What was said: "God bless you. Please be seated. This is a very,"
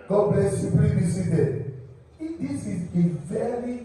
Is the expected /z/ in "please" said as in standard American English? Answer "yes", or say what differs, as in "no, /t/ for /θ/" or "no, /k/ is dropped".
no, /z/ is dropped